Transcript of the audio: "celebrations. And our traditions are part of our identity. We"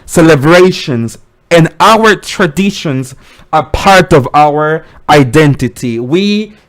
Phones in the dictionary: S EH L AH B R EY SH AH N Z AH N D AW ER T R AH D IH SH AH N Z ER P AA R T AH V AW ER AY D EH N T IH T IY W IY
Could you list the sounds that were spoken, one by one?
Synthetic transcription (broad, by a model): S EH L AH B R EY SH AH N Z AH N AW ER T R AH D IH SH AH N Z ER P AA R T AH V AW ER AY D EH N T IH T IY W IY